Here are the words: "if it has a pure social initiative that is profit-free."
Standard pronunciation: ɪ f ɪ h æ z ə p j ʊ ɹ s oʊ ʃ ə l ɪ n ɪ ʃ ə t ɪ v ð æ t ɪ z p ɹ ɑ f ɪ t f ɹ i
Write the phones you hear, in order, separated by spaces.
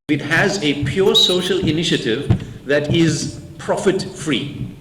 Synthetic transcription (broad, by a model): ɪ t h æ z ə p j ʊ ɹ s oʊ ʃ ə l ɪ n ɪ ʃ ə t ɪ v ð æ t ɪ z p ɹ ɑ f ɪ t f ɹ i